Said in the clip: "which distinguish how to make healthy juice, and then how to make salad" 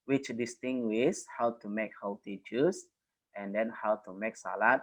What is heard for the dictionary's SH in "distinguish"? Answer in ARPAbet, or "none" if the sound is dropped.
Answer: S